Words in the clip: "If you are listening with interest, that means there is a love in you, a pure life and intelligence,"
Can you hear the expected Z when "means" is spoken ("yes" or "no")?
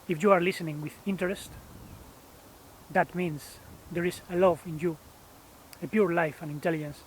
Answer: no